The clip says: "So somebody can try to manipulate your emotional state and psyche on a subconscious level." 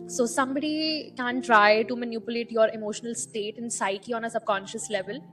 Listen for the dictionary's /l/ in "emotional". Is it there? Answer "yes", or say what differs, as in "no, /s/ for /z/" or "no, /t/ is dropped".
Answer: yes